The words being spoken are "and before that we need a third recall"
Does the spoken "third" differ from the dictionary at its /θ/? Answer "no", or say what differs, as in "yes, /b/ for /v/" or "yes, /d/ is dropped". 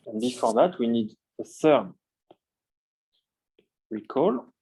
yes, /s/ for /θ/